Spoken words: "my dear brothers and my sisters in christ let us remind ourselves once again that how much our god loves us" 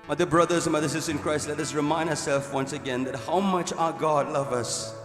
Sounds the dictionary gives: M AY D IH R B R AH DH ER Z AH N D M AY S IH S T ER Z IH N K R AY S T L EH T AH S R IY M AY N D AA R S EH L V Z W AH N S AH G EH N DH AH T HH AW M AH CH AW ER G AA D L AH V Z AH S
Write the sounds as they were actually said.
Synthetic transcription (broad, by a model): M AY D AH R B R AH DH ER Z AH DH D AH S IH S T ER IH N K R AY S T L EH T AH S R IY M AY N D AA S EH L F W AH N S AH G EH N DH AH T HH AW M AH CH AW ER G AA D L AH V AH S